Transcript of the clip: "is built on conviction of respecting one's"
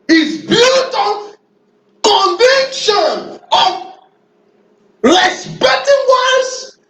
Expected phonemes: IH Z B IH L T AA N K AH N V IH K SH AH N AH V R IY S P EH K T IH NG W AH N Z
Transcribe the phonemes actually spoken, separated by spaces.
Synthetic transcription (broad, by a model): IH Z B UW T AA K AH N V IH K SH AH N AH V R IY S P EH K T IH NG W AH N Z